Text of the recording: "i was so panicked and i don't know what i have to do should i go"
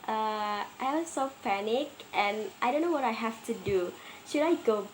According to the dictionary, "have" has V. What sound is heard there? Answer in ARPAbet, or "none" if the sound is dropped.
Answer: F